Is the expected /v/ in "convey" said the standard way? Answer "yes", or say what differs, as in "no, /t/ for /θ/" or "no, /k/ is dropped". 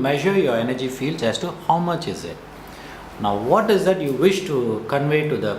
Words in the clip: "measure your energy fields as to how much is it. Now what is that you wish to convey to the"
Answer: yes